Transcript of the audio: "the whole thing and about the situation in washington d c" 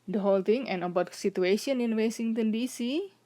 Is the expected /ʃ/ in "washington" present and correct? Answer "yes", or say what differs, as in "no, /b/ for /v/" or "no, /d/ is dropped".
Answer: no, /s/ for /ʃ/